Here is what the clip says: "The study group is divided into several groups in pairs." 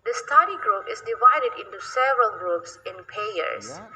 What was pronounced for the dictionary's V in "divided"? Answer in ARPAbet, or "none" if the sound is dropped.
V